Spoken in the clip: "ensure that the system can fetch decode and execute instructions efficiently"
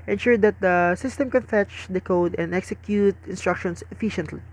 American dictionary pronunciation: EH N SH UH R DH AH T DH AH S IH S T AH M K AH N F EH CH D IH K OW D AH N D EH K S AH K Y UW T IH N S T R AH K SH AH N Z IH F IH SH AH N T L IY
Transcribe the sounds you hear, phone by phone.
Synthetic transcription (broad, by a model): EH N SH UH R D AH T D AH S IH S T AH M K AH N F EH CH D IH K OW D AH N D EH K S AH K Y UW T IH N S T R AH K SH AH N S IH F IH SH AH N T L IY